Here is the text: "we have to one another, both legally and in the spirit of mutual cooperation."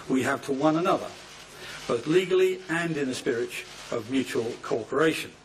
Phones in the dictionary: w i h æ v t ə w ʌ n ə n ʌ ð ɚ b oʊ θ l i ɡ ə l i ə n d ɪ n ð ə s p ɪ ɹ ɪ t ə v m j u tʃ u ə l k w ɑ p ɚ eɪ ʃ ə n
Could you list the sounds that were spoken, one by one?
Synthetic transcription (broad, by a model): w i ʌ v t ə w ʌ n ə n ʌ ð ɚ b oʊ θ l i ɡ ə l i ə n ɪ n ð ə s p ɪ ɹ ɪ t ə v m j u tʃ u ə l k ɑ p ɚ eɪ ʃ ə n